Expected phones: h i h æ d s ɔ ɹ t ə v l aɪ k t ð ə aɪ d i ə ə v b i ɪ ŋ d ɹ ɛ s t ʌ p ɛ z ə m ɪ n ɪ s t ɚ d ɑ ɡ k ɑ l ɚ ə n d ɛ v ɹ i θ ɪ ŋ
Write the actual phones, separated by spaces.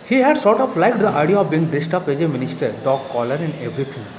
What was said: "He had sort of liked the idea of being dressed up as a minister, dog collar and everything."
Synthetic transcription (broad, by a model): h i h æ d s ɔ ɹ t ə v l aɪ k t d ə aɪ d i ə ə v b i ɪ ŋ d ɛ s t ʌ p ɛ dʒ ə m ɪ n ɪ s t ɚ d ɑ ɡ k ɑ l ɚ ə n d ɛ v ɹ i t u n